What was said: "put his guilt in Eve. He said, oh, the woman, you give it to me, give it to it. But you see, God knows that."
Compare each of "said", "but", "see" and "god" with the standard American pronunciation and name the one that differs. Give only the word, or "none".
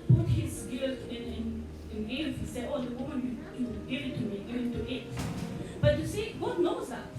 said